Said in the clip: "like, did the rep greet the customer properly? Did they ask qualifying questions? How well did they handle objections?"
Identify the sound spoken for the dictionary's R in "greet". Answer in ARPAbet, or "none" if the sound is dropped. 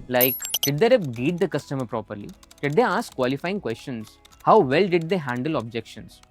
none